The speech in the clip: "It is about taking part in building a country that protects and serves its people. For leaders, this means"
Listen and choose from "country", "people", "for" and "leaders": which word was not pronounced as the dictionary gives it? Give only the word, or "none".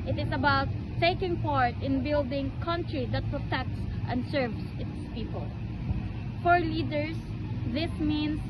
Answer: leaders